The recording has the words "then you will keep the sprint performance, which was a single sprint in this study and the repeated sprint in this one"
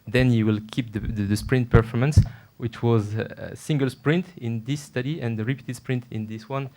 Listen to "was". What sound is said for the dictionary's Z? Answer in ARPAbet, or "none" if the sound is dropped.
Z